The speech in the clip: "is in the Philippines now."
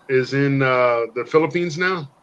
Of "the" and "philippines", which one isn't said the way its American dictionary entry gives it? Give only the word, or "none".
none